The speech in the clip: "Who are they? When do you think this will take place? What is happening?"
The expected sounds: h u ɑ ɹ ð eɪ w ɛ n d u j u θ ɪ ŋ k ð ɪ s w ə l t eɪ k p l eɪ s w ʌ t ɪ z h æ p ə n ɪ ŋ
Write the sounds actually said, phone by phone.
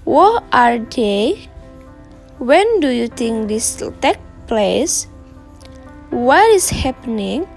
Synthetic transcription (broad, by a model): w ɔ ɑ ɹ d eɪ w ɛ n d u j u t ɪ ŋ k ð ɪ s t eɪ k p l eɪ s w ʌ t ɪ s h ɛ p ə n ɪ ŋ